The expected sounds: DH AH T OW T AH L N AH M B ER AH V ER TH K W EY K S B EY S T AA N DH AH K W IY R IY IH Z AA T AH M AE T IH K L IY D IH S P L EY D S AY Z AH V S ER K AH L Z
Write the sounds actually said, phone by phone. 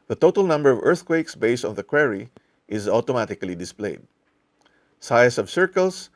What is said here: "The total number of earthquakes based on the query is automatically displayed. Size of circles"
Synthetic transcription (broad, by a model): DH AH T OW T AH L N AH M B ER AH V ER TH K W EY K S B EY S T AA N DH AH K W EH R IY IH Z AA T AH M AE T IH K L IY D IH S P L EY D S AY S AH V S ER K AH L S